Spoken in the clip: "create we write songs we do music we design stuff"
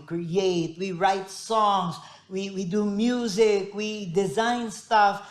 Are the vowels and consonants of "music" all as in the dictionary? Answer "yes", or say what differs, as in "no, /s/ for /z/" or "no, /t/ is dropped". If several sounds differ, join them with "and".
yes